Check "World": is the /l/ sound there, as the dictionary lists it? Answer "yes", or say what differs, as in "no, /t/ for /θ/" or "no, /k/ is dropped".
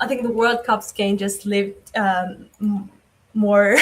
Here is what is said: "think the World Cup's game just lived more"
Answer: yes